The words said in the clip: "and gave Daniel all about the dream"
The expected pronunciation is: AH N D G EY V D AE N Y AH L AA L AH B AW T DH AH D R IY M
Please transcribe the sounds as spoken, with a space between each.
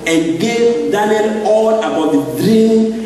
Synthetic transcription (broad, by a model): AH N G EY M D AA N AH N AA L AH B AW T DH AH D R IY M